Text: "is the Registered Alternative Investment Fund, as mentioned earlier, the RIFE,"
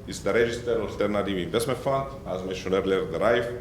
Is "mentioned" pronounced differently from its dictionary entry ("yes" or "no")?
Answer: yes